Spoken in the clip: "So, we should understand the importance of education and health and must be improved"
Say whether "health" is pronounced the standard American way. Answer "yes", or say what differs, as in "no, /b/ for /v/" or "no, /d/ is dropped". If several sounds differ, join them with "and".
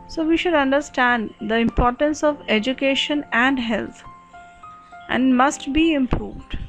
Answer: no, /t/ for /θ/